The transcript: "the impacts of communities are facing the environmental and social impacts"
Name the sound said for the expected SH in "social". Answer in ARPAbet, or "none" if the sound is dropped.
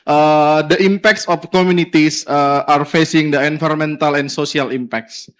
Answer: S